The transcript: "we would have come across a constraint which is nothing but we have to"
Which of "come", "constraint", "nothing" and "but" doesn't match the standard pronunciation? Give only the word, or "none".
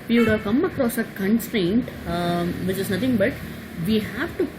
nothing